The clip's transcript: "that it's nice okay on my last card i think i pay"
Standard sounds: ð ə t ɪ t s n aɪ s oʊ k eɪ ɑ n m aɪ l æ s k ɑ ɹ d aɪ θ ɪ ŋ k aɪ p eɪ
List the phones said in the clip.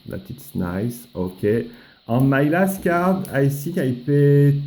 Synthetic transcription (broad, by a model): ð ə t ɪ t s n aɪ s oʊ k eɪ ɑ m aɪ l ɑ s k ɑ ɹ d aɪ s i k aɪ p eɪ